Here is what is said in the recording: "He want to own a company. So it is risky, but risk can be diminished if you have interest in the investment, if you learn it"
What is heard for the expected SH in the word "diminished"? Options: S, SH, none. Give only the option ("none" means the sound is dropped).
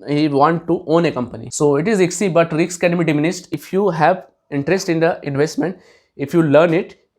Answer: S